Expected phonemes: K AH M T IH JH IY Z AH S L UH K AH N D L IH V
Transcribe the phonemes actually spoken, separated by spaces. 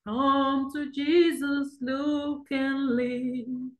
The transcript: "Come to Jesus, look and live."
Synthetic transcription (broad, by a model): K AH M T IH JH IY Z AH S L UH K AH N L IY